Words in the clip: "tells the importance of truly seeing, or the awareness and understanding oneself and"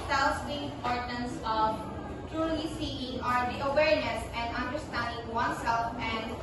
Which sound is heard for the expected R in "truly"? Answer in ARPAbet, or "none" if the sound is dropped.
R